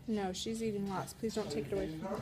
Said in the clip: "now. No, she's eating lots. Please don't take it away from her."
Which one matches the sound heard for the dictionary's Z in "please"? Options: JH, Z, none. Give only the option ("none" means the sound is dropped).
Z